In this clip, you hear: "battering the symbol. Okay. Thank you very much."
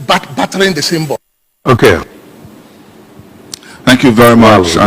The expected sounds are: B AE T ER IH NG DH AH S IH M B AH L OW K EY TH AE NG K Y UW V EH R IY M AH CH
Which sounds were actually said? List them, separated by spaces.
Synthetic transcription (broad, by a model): B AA T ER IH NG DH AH S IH M B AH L OW K EY TH AE NG K Y UW V EH R IY M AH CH